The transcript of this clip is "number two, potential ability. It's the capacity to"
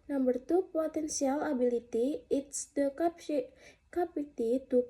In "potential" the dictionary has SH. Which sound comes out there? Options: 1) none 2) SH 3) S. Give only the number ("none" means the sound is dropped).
3